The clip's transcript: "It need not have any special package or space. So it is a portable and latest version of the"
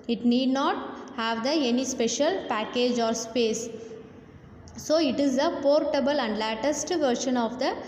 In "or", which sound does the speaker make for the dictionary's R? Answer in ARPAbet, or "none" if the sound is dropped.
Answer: R